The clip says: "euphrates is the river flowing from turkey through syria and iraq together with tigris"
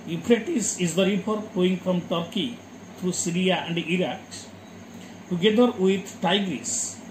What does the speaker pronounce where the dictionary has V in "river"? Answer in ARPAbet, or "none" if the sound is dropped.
P